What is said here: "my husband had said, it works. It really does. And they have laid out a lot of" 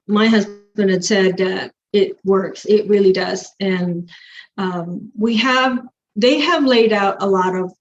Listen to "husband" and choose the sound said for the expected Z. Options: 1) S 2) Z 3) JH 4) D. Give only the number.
2